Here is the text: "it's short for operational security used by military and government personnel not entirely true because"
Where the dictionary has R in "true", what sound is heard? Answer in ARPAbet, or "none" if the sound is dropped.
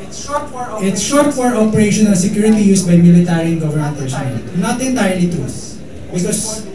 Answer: none